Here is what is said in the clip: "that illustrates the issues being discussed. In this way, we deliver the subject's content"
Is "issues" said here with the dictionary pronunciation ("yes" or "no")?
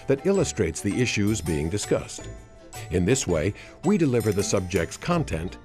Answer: yes